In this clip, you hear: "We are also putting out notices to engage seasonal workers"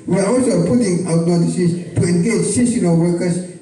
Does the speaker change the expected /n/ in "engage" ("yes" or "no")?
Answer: no